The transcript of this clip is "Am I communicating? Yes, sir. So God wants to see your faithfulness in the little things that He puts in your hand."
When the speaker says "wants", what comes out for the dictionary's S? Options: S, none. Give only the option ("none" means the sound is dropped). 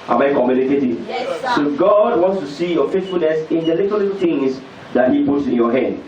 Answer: S